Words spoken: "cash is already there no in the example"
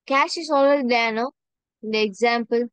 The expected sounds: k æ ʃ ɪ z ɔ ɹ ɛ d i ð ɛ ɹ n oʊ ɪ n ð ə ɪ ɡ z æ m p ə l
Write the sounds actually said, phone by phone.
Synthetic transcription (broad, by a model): k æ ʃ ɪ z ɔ l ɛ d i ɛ n oʊ ɪ n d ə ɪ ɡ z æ m p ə l